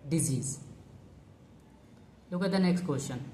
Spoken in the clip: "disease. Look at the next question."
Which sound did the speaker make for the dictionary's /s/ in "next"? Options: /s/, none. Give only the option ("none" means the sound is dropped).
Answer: /s/